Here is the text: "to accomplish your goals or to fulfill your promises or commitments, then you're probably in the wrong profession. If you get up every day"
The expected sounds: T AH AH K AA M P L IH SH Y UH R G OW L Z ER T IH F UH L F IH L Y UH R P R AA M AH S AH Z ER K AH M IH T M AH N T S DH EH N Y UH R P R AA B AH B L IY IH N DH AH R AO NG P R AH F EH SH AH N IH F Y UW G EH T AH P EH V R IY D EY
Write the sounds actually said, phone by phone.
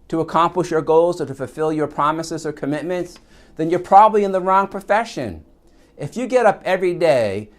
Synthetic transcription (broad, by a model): T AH AH K AA M P L IH SH Y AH R G OW L Z ER T IH F UH L F IH L Y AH R P R AA M AH S AH Z ER K AH M IH T M AH N T S DH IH N Y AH R P R AA B AH B L IY IH N DH AH R AO NG P R AH F EH SH AH N IH F Y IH G EH T AH P EH V R IY D EY